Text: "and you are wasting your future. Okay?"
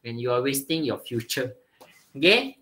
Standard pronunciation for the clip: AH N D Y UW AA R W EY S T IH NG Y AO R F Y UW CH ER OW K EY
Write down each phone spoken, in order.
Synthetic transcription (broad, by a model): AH N Y UW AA L W EY S T IH NG Y AO F Y UW CH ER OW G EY